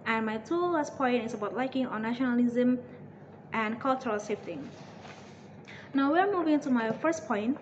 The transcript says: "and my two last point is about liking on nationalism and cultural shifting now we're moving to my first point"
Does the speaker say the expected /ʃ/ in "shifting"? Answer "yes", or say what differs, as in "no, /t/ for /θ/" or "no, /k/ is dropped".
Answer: no, /s/ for /ʃ/